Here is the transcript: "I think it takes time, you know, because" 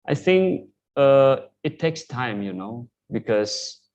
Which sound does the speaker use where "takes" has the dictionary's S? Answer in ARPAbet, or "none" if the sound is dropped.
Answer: S